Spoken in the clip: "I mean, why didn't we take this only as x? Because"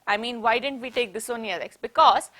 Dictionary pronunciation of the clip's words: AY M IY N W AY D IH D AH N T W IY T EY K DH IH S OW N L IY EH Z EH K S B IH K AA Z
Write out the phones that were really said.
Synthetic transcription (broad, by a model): AY M IY N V AY D IH D AH N T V IY T EY K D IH S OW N IY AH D EH K S B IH K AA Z